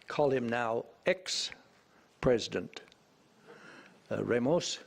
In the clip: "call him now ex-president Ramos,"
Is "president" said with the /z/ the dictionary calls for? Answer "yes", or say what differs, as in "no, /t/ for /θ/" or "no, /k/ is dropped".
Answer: yes